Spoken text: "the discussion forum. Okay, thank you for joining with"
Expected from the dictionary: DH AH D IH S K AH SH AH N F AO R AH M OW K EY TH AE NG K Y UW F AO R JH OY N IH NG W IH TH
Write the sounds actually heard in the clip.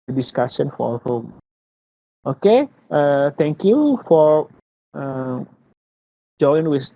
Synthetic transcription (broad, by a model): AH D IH S K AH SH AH N F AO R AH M OW K EY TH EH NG K Y UW F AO R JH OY IH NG W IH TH